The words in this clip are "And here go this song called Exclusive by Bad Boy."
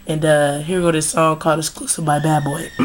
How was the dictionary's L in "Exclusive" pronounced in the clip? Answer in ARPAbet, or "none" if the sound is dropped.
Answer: none